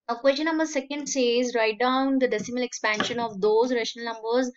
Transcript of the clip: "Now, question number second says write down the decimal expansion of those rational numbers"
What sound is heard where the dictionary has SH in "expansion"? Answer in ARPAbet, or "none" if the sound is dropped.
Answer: SH